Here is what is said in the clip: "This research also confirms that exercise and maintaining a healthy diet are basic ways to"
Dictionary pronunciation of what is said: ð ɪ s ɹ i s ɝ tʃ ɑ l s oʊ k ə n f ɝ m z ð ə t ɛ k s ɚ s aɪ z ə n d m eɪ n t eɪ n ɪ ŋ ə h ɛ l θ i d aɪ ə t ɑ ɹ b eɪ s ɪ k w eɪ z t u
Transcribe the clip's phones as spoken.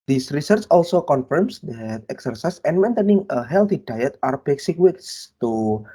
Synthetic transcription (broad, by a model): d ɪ s ɹ i s ɝ tʃ ɑ l s oʊ k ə n f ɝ m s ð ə t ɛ k s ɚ s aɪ s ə n m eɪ n t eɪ n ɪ ŋ ə h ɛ l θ i d aɪ ə t ɑ ɹ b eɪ s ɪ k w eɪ s t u